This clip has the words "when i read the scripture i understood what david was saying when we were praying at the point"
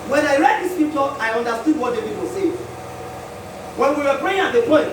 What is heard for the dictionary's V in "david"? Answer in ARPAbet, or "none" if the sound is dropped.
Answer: P